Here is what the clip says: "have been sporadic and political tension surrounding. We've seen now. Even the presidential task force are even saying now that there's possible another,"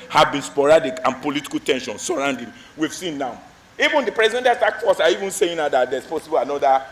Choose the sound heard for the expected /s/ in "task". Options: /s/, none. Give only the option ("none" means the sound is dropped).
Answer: none